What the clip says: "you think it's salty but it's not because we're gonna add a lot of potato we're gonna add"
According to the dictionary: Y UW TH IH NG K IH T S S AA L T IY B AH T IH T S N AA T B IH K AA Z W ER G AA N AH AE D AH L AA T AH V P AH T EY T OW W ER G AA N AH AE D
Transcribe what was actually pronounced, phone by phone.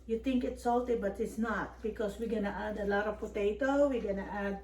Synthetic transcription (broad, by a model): Y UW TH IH NG K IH T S S AA L T IY B AH T IH T S N AA T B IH K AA S W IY G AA N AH AE D AH L AA T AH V P AH T EY T OW W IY G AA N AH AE D